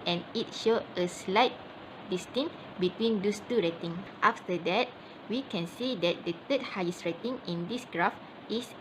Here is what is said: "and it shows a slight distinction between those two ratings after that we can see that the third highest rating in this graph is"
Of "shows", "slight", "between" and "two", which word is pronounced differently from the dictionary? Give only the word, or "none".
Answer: shows